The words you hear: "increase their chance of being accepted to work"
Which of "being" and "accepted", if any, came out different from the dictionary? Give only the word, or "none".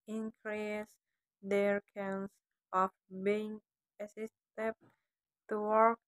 accepted